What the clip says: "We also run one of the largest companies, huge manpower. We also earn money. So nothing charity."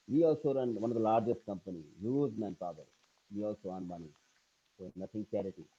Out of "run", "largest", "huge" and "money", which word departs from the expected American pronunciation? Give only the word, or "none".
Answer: huge